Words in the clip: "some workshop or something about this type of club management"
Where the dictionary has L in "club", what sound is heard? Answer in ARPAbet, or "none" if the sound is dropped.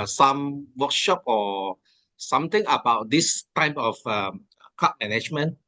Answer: none